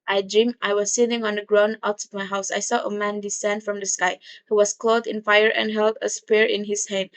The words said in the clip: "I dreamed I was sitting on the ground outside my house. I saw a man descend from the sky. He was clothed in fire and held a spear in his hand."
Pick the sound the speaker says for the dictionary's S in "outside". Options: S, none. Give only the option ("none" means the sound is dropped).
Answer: none